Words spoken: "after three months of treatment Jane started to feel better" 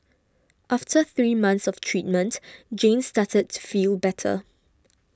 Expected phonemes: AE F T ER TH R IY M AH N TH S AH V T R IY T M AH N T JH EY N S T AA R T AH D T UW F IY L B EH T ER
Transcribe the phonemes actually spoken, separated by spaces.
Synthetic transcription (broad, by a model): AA F T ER TH R IY M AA N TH S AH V T R IY T M AH N T JH EY N S T AA T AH D T UW F IY L B EH T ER